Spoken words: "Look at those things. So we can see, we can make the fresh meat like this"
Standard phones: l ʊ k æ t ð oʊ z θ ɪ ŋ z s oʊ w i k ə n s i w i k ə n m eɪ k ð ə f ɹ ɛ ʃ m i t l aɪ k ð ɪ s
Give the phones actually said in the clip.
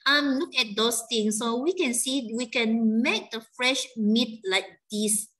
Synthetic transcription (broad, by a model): l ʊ k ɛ t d oʊ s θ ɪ ŋ s oʊ w i k ə n s i w i k ə n m eɪ k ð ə f ɹ ɛ ʃ m i t l aɪ k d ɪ s